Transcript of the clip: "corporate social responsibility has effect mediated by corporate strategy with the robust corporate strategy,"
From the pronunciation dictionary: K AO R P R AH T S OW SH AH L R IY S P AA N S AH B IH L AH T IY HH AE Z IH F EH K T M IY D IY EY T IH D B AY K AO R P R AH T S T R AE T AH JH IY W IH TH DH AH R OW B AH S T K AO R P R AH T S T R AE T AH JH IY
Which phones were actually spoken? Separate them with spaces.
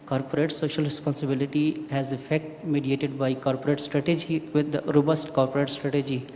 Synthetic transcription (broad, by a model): K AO R P R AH T S OW SH AH L R IY S P AA N S AH B IH L AH T IY HH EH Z IH F EH K T M IY D IY EY T IH D B AY K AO R P R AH T S T R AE T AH JH IY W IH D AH R OW B AH S T K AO R P R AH T S T R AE T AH JH IY